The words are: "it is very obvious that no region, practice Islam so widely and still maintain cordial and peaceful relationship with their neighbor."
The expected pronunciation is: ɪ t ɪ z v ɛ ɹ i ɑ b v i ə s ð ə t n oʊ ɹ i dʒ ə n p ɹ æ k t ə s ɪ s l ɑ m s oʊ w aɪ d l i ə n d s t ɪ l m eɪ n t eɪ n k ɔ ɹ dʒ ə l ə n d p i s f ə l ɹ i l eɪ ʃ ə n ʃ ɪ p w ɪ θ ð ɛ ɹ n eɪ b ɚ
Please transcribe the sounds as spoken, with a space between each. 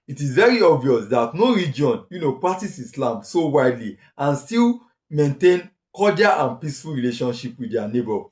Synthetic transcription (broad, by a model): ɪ t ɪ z v ɛ ɹ i ɑ b v i ə s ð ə t n oʊ ɹ i dʒ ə n p ɹ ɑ k t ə s ɪ s l ɑ m s oʊ w aɪ d l i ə n s t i l m eɪ n t eɪ n k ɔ dʒ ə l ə n p i s f ə l ɹ i l eɪ ʃ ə n ʃ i p w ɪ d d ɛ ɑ n eɪ b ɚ